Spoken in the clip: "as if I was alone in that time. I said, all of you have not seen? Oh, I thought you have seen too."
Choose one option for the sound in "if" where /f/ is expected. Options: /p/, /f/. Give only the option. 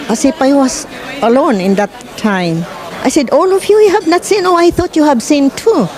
/p/